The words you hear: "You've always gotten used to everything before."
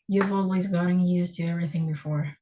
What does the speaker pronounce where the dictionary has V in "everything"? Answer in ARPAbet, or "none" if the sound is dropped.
V